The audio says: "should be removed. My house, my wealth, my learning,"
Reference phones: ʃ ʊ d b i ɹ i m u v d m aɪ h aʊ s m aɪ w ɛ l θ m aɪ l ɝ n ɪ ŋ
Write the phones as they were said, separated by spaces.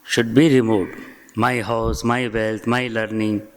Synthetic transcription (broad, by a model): ʃ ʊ d b i ɹ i m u d m aɪ h aʊ s m aɪ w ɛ l t m aɪ l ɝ n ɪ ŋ